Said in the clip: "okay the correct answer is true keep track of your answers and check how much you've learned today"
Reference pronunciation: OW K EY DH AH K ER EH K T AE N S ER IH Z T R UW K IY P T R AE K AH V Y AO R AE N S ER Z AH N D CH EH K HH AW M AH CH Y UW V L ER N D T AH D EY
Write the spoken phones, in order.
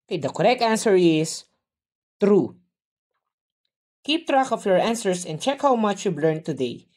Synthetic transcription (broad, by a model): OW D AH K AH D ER EH K T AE N S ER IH S T R UW K IY P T R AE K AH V Y AO R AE N S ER S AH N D CH EH K HH AW M AH CH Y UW B L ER N T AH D EY